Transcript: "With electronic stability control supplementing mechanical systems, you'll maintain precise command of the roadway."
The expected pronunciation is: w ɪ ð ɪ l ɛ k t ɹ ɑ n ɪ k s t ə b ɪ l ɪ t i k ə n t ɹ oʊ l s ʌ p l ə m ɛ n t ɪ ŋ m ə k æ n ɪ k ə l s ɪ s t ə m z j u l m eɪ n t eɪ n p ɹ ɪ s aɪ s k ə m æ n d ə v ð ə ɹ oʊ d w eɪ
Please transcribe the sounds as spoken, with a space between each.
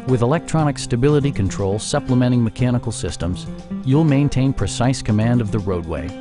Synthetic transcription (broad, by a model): w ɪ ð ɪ l ɛ k t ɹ ɑ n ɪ k s t ə b ɪ l ɪ t i k ə n t ɹ oʊ l s ʌ p l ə m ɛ t ɪ ŋ m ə k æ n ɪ k l s ɪ s t ə m z j u l m eɪ n t eɪ n p ɹ ɪ s aɪ s k ə m æ n d ə v ð ə ɹ oʊ d w eɪ